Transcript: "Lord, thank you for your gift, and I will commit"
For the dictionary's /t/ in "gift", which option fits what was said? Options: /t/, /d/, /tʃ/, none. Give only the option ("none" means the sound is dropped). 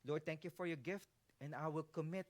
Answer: /t/